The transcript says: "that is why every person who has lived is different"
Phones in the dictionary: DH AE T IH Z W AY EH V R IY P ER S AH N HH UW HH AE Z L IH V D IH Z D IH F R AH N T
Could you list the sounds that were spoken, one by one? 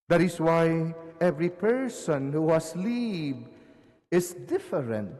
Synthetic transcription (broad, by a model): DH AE T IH S W AY EH V R IY P ER S AH N HH UW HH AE S L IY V IH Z D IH F R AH N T